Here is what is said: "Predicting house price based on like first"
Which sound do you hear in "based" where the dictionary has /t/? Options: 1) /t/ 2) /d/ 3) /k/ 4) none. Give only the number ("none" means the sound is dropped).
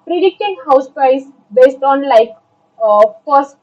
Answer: 1